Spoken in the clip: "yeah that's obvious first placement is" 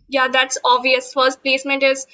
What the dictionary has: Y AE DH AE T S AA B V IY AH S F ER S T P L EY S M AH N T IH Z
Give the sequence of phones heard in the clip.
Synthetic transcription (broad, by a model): Y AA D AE T S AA V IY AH S F ER S T P L EY S M AH N T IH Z